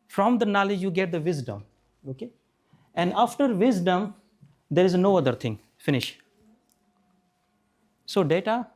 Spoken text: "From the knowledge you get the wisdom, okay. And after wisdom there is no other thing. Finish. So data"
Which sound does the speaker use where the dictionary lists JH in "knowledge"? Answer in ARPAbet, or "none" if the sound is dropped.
JH